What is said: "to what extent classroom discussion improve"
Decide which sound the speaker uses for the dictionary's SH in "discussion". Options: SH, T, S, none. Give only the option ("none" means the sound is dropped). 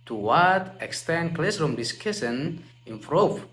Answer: S